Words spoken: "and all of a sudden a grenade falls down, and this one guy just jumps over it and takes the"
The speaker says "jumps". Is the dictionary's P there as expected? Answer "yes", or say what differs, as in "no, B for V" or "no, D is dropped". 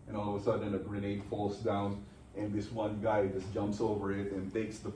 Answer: yes